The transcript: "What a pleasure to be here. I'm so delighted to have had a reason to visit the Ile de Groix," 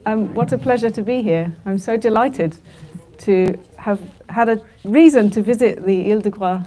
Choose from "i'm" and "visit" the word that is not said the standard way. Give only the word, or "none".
none